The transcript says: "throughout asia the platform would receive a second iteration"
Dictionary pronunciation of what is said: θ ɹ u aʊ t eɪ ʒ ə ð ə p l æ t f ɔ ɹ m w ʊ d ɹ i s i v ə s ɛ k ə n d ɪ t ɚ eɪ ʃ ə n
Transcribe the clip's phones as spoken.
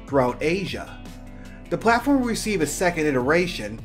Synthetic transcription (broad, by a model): θ ɹ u aʊ t eɪ ʒ ə ð ə p l æ t f ɔ ɹ m ɹ i s i v ə s ɛ k ə n d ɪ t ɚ eɪ ʃ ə n